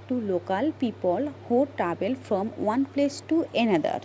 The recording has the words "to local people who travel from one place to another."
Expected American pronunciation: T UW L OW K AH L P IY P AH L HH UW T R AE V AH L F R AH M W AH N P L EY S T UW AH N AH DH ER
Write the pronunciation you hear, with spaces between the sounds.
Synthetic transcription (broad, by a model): T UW L OW K AH L P IY P AH L HH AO T R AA B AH L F R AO M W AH N P L EY S T UW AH N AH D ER